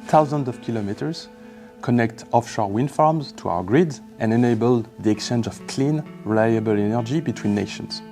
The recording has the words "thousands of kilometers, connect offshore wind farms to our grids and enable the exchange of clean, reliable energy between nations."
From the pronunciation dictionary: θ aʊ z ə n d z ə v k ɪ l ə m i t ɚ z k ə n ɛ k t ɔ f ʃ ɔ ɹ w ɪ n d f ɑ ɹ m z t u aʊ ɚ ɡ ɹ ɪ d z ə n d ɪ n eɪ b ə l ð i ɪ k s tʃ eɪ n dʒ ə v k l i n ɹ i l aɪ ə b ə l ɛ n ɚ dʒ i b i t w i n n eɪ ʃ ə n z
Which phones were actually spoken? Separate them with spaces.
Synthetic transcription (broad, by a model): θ aʊ z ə n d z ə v k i l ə m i t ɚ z k ə n ɛ k t ɔ f ʃ ɔ ɹ w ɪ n f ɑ ɹ m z t u aʊ ɚ ɡ ɹ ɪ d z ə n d ɪ n eɪ b ə l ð i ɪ k tʃ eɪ n dʒ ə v k l i n ɹ i l aɪ ə b ə l ɛ n ɚ dʒ i b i t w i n n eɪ ʃ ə n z